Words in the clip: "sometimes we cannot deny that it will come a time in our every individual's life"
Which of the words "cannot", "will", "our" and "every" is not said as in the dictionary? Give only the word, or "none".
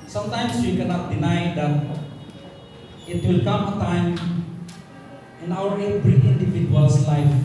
every